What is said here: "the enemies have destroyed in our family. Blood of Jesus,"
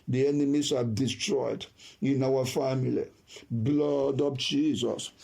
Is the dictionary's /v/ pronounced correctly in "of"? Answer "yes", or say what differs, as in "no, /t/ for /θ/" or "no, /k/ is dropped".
no, /p/ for /v/